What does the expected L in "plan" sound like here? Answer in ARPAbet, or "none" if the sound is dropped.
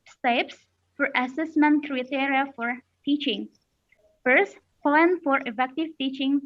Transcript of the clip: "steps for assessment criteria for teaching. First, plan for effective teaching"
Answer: none